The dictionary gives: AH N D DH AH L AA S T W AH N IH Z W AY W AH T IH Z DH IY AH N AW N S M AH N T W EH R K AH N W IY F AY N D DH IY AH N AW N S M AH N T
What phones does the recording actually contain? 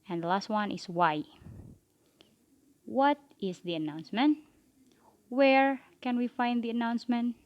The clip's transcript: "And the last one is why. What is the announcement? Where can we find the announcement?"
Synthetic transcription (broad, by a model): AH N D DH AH L AA S T W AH N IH S W AY W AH T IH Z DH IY AH N AW N S M AH N T W EH R K AH N W IY F AY N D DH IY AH N AW N S M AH N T